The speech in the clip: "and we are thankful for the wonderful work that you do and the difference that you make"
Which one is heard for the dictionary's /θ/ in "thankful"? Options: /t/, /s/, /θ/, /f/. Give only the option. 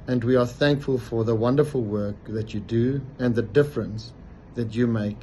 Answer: /θ/